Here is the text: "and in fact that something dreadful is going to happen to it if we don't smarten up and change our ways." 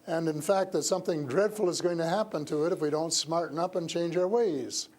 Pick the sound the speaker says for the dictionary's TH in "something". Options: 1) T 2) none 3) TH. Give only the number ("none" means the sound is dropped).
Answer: 3